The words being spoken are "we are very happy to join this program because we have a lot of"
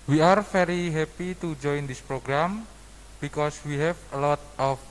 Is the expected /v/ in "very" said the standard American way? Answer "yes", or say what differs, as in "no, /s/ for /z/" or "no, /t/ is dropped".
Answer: no, /f/ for /v/